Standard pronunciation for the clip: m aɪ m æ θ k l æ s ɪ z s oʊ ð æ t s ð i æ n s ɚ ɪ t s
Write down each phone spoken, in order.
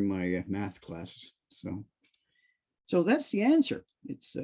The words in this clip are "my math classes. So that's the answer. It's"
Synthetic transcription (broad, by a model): m aɪ m æ θ k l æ s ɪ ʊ s oʊ ð æ t s ð i æ n s ɚ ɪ t s